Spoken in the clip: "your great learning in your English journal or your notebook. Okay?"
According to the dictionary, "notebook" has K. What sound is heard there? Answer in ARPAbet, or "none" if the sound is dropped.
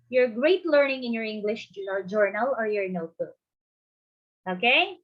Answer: none